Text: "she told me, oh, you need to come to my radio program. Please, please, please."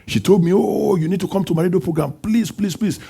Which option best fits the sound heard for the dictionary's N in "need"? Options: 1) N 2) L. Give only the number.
1